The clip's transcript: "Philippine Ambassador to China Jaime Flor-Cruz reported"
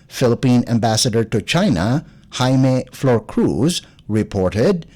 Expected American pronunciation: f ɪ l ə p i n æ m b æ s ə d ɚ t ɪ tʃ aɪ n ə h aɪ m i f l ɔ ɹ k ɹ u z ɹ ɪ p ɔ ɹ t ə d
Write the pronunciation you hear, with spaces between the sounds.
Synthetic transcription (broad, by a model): f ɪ l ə p i n æ m b æ s ə d ɚ t ɪ tʃ aɪ n ə h aɪ m i f l ɔ ɹ k ɹ u z ɹ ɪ p ɔ ɹ t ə d